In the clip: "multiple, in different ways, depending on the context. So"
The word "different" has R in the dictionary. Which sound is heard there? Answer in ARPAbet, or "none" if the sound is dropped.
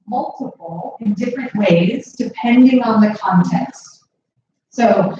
R